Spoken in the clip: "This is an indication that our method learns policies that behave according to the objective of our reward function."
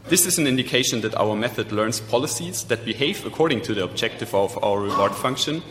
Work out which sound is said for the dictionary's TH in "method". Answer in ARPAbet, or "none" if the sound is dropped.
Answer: TH